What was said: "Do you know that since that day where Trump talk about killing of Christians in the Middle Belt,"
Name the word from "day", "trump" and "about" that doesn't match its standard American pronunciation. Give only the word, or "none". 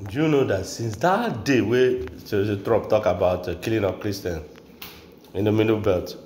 trump